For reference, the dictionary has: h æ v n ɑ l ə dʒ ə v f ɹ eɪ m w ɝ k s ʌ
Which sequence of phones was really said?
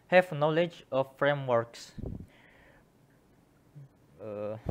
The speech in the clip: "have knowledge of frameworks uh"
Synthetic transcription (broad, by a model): h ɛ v n ɑ l ə dʒ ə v f ɹ eɪ m w ɝ k s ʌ